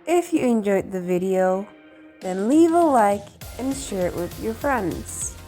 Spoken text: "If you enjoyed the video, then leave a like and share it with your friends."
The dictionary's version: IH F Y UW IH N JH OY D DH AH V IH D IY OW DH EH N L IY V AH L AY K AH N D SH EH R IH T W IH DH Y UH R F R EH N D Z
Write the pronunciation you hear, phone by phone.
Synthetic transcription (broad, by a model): IH F Y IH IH N JH OY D DH AH V IH D IY OW DH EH N L IY V AH L AY K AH N SH EH R IH T W IH DH Y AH R F R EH N D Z